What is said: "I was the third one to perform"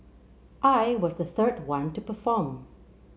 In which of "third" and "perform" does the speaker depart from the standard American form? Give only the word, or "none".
none